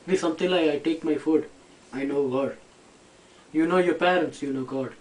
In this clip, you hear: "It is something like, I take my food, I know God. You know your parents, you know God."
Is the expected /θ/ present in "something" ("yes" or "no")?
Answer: no